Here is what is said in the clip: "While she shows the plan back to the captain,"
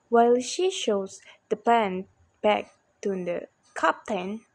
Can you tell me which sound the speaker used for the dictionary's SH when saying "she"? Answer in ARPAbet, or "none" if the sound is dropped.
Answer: SH